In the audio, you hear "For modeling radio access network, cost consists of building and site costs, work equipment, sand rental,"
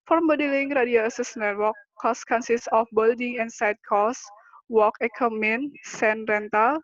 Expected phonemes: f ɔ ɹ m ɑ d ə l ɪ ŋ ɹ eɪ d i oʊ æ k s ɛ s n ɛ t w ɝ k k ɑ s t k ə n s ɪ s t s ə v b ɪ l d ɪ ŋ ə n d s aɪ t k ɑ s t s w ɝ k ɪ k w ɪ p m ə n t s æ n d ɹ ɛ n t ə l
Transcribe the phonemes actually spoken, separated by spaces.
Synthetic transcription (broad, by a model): f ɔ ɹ m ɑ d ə l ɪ ŋ ɹ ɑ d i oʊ s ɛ s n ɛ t w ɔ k k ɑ s k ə n s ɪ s s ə f b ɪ l d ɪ ŋ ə n s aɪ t k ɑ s s w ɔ k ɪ k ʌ m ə n s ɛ n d ɹ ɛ n t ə l